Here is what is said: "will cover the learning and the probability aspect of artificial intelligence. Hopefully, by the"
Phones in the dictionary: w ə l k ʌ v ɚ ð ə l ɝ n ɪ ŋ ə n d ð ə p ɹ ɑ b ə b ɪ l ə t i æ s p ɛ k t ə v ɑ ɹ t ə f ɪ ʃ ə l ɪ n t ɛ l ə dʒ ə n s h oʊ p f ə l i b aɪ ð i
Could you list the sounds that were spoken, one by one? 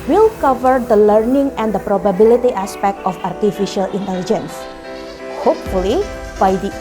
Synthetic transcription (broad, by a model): w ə l k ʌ v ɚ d ə l ɝ n ɪ ŋ ə n d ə p ɹ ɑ b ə b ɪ l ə t i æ s p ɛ k t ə f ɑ ɹ t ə f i ʃ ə l ɪ n t ɛ l ə dʒ ə n s h oʊ p f ə l i b aɪ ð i